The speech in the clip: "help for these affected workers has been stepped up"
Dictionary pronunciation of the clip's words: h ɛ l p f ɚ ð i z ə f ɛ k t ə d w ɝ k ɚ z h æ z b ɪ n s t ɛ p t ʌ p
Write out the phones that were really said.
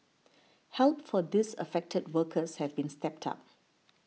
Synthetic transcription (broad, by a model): h ɛ l p f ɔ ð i s ə f ɛ k t ə d w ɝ k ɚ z h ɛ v b ɪ n s t ɛ p t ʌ p